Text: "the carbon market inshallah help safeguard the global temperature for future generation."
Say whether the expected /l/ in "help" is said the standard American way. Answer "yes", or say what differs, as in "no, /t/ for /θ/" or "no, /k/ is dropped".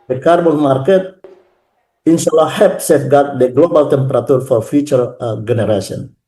no, /l/ is dropped